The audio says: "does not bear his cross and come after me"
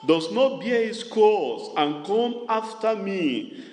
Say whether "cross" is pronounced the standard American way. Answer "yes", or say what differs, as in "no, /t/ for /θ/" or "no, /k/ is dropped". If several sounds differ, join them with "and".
no, /ɹ/ is dropped